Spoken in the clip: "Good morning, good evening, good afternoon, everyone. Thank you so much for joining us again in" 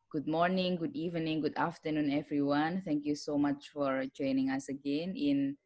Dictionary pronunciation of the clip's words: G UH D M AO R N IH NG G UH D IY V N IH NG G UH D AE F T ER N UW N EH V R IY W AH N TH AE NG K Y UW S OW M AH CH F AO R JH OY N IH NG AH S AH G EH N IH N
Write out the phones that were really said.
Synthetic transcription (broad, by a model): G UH D M AO R N IH NG G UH D IY V N IH NG G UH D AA F T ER N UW N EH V R IY W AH N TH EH NG K Y UW S OW M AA CH F AO R JH OY N IH NG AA S AH G EH N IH N